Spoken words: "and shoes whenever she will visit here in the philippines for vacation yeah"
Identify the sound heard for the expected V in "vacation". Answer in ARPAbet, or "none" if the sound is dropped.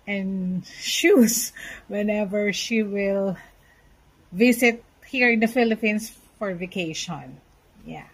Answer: V